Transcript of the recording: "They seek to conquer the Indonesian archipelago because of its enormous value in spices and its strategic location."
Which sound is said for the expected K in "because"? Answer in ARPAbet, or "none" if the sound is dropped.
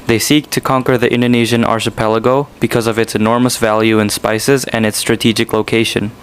K